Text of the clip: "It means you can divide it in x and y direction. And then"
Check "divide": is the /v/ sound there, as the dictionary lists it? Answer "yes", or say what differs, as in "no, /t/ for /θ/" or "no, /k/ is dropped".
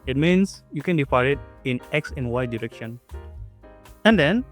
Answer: no, /f/ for /v/